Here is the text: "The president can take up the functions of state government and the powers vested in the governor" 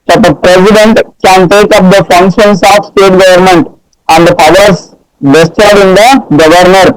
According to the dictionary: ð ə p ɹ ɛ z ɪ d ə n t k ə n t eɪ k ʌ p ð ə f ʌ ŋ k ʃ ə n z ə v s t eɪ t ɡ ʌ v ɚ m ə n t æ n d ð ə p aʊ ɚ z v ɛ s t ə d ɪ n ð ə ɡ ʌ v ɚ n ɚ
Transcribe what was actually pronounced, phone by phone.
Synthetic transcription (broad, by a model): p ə p ɹ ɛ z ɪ d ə n t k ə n t eɪ k ʌ p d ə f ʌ ŋ k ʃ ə n s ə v s t eɪ t ɡ ʌ v ɚ m ə n t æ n d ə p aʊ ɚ s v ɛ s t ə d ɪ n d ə ɡ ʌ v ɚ n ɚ